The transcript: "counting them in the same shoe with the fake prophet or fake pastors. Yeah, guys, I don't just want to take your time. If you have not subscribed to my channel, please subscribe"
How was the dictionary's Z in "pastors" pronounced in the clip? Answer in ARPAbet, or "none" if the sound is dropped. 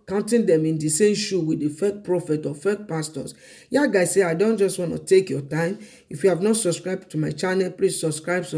S